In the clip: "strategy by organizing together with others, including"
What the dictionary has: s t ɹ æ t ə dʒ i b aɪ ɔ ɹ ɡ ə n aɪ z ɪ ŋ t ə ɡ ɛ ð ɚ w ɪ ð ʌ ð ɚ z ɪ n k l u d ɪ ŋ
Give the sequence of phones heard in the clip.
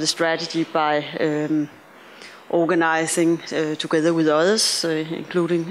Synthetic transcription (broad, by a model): s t ɹ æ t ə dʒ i b aɪ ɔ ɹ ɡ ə n aɪ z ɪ ŋ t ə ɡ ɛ ð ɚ w ɪ ð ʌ ð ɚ s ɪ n k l u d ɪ ŋ